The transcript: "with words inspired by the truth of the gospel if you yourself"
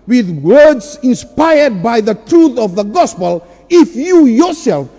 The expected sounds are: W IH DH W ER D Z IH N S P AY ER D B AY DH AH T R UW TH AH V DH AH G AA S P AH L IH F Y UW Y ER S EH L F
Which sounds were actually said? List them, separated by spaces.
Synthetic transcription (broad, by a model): W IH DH W ER D Z IH N S P AY ER D B AY DH AH T R UW TH AH V DH AH G AA S P AH L IH F Y UW Y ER S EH L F